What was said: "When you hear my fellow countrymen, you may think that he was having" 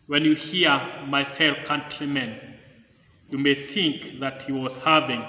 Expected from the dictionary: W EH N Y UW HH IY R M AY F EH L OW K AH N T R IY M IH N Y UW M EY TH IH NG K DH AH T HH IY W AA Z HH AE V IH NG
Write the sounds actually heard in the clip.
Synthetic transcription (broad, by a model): W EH N Y UW HH IY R M AY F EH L K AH N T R IY M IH N Y UW M EY TH IH NG K DH AH T HH IY W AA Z HH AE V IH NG